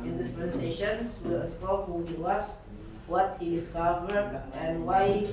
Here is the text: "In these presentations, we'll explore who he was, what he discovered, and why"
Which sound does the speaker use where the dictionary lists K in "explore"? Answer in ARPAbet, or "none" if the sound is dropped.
none